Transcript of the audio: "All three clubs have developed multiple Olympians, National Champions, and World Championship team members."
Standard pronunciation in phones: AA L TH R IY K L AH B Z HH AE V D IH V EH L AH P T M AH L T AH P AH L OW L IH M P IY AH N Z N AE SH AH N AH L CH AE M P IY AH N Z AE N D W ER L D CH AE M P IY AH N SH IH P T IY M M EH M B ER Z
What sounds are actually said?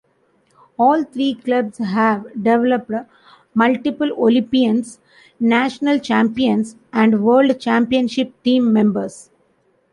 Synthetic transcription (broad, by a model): AA L T R IY K L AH B S HH AE V D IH V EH L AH P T M AH L T AH P AH L OW L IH M P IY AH N S N AE SH AH N AH L CH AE M P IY AH N S AE N D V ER L D CH AE M P IY AH N SH IH P T IY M M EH M B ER S